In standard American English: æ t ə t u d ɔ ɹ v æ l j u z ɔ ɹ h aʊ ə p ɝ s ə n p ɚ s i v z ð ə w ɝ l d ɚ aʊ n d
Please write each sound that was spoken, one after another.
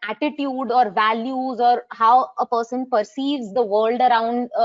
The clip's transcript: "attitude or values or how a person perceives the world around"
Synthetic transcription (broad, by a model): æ t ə t u d ɔ ɹ v æ l j u z ɔ ɹ h aʊ ə p ɝ s ə n p ɚ s i v z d ə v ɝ l d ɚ aʊ n d